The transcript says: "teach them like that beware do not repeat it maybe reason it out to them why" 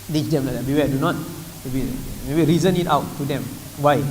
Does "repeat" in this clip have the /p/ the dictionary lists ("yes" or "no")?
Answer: no